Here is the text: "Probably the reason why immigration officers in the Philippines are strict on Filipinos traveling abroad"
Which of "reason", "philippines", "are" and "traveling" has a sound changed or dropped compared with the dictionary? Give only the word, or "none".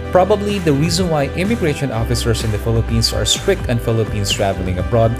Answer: philippines